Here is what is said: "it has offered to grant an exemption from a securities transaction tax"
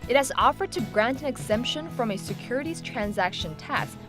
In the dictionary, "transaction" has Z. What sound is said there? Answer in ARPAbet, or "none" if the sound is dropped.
Z